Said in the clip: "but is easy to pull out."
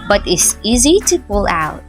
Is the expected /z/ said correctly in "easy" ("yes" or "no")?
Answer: yes